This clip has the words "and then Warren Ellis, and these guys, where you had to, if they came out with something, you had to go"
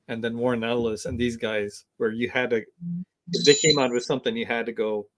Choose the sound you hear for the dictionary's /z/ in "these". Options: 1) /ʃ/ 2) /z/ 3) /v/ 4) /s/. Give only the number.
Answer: 2